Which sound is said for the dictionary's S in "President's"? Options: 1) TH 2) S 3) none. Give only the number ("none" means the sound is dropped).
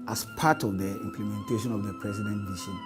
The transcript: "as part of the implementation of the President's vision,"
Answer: 3